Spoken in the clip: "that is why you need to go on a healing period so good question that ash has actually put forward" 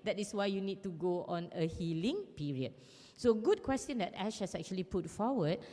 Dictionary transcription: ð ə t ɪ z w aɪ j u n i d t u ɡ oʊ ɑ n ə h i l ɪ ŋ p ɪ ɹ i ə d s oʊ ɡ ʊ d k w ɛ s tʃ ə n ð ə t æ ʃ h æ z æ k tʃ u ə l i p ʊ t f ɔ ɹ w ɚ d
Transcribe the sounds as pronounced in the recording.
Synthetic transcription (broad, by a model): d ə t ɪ s w aɪ j u n i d t u ɡ oʊ ɑ n ə h i l ɪ ŋ p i ɹ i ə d s oʊ ɡ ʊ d k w ɛ s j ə n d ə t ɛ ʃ h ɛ s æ k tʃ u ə l i p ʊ t f ɔ w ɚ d